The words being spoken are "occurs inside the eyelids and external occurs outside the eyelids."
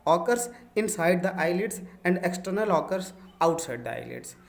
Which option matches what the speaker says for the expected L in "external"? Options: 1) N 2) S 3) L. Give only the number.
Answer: 3